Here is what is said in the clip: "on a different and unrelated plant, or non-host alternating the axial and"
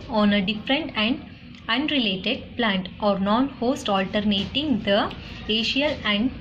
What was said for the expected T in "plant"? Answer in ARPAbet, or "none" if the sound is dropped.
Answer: T